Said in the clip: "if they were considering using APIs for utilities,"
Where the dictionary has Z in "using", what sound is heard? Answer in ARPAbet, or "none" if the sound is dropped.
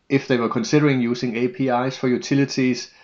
S